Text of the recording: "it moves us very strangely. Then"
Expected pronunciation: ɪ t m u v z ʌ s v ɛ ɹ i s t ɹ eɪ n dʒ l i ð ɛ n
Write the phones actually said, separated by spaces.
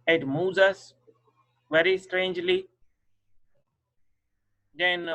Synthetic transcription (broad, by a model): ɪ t m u z ʌ s v ɛ ɹ i s t ɹ eɪ n dʒ l i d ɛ n